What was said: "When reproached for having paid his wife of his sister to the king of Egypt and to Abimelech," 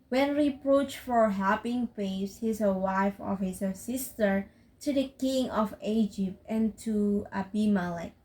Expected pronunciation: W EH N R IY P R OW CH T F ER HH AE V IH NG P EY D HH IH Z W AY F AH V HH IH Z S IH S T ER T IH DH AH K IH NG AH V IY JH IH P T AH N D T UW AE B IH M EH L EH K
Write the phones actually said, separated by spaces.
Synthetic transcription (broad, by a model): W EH N R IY P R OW CH F ER HH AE P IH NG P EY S HH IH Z W AY F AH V HH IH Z S IH S T ER T IH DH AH K IH NG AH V IY JH IH P T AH N T UW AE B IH M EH L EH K